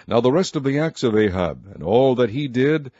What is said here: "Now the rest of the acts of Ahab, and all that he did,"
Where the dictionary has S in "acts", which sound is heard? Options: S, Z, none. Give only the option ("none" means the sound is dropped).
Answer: S